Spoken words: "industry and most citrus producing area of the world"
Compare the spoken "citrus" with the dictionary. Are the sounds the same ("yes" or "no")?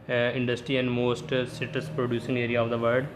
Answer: no